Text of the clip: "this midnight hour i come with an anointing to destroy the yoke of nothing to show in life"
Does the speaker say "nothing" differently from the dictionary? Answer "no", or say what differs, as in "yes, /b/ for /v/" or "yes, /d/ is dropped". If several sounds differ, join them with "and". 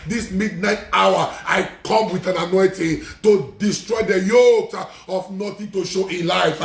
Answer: yes, /t/ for /θ/